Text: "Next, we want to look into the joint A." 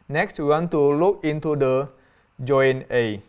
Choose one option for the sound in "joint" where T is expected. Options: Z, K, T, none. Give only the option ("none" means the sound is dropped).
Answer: none